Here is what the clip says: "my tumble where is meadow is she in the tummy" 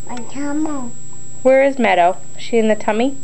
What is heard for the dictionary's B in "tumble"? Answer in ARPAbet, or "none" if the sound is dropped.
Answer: none